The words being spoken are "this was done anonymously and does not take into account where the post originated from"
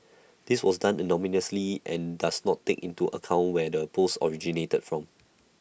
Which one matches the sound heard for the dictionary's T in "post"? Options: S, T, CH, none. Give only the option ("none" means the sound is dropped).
none